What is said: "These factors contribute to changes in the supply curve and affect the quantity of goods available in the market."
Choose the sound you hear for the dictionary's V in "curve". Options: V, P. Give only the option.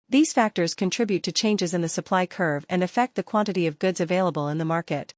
V